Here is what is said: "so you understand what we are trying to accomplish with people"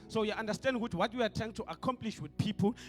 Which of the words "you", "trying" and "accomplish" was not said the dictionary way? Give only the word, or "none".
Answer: trying